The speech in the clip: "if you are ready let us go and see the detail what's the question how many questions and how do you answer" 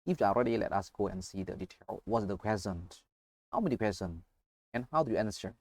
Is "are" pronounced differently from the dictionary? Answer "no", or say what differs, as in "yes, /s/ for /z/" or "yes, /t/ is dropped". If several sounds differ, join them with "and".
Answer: yes, /l/ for /ɹ/